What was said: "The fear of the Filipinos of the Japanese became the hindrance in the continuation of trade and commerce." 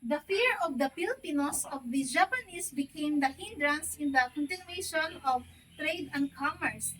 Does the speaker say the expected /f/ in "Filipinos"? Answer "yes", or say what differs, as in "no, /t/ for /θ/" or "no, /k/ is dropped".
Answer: no, /p/ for /f/